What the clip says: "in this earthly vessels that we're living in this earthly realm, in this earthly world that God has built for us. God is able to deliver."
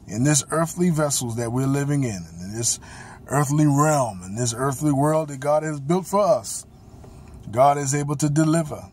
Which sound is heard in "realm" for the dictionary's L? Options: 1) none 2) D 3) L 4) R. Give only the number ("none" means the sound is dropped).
3